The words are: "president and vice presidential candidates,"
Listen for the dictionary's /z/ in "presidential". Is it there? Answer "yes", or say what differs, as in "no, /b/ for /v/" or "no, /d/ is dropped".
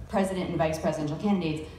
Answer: yes